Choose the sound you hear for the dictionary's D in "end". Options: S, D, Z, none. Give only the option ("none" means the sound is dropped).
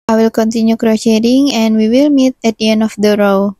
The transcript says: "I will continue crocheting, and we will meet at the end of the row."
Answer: none